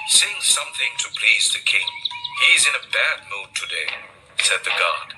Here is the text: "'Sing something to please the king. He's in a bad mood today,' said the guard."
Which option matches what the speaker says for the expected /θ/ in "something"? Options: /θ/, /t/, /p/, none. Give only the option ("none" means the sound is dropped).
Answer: /θ/